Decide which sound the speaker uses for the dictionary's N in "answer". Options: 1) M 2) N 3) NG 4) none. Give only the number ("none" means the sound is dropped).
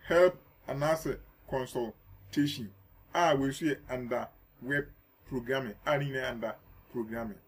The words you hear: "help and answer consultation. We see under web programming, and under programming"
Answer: 4